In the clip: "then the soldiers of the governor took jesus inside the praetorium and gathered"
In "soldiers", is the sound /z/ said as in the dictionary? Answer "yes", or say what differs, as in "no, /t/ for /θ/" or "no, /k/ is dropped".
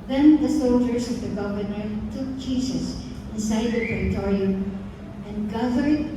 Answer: no, /s/ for /z/